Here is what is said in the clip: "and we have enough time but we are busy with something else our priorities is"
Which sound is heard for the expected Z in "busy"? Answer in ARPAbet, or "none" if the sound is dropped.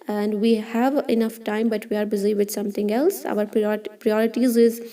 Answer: Z